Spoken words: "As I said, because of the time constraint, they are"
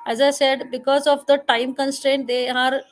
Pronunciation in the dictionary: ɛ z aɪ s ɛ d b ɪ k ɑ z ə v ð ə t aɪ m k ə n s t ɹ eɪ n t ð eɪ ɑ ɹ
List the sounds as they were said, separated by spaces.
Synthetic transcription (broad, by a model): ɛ z aɪ s ɛ d b ɪ k ɑ z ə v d ə t aɪ m k ə n s t ɹ eɪ n t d eɪ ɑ ɹ